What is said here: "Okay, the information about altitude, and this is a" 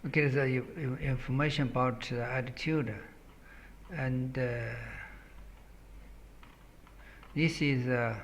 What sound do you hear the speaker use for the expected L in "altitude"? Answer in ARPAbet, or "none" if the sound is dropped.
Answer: none